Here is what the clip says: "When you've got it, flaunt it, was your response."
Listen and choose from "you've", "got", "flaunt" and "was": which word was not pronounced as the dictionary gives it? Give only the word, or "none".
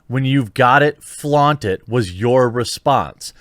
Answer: none